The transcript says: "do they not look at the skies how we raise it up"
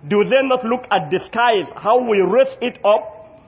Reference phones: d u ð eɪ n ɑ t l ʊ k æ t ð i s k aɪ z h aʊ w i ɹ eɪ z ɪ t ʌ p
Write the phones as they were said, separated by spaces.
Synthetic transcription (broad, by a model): d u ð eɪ n ɑ t l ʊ k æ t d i s k aɪ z h aʊ w i ɹ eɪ s ɪ t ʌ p